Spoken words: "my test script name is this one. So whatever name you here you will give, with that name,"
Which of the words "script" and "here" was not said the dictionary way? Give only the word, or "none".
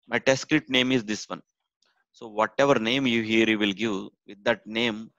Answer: script